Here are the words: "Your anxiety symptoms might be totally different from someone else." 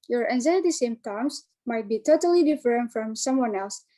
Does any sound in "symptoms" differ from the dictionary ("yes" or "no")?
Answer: yes